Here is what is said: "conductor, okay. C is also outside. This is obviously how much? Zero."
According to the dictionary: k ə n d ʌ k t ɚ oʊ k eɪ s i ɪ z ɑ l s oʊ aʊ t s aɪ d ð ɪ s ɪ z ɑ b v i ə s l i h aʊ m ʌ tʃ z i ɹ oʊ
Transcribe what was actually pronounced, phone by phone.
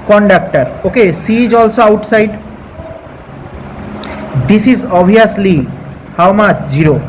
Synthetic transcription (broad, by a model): k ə n d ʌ k t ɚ oʊ k eɪ s i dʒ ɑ l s oʊ aʊ t s aɪ d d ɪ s ɪ z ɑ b i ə s l i h aʊ m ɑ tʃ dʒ i ɹ oʊ